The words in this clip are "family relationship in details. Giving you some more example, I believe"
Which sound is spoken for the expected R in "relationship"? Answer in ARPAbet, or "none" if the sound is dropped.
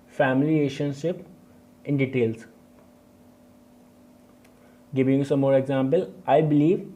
L